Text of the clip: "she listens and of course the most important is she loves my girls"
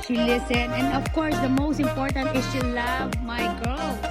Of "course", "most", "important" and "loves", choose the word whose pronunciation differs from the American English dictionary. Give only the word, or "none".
loves